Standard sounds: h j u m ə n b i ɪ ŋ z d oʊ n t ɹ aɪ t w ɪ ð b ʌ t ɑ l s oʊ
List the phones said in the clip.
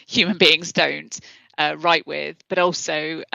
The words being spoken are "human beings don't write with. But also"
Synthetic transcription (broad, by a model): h j u m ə n b i ɪ ŋ z d oʊ n t ɹ aɪ t w ɪ ð b ʌ t ɑ l s oʊ